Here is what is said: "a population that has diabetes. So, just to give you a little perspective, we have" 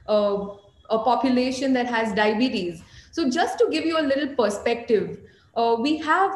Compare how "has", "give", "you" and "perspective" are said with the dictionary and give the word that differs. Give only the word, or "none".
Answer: none